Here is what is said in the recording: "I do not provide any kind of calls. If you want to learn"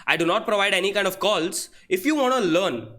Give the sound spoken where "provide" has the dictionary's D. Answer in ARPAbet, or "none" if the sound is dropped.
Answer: D